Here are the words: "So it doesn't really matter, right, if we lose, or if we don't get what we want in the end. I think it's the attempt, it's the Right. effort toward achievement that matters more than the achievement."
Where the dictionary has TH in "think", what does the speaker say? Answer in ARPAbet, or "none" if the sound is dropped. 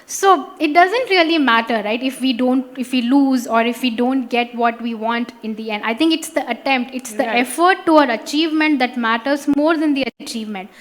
T